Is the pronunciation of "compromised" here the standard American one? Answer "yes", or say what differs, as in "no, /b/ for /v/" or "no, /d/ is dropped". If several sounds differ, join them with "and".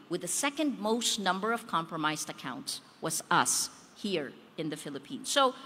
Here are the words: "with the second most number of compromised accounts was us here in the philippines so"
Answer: yes